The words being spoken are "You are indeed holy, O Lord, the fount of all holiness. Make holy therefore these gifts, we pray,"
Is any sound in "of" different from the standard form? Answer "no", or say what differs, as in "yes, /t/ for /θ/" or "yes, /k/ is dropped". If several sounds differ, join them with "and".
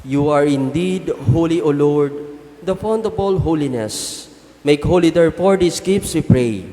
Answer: yes, /b/ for /v/